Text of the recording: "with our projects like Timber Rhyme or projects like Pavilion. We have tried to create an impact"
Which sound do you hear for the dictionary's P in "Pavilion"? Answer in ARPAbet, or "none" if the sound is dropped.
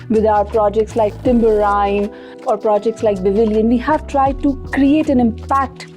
B